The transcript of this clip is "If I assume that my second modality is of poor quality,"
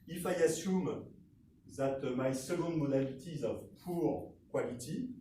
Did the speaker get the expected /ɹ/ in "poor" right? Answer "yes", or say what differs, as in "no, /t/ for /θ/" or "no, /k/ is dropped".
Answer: yes